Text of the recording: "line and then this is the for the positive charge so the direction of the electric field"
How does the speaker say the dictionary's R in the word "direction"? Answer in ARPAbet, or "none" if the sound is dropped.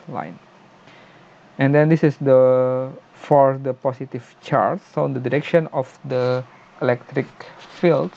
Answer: R